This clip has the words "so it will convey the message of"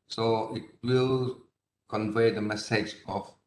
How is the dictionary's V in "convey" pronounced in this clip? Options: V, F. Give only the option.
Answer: V